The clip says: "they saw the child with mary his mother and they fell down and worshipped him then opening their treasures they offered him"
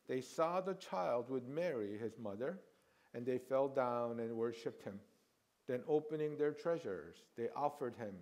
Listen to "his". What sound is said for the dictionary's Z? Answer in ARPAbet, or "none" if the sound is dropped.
Z